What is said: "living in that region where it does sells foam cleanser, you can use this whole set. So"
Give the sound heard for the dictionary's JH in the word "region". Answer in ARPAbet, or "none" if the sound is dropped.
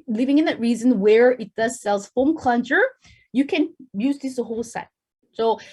Z